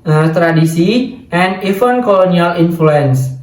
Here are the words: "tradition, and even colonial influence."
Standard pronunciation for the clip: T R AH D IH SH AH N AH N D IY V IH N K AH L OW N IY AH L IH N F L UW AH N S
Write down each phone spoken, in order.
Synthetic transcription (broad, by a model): T R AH D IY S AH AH N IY F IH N K AH L OW N IY AH L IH N F L UW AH N S